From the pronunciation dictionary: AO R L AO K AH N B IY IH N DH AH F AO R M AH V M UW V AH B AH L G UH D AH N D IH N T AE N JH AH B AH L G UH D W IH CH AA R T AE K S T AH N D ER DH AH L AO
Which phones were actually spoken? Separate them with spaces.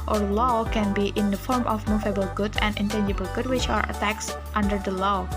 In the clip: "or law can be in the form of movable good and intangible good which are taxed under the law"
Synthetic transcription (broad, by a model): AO R L AO K AH N B IY IH N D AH F AO R M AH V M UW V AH B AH L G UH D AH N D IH N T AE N JH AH B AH L G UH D W IH CH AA R T AE K S T AH N D ER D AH L AO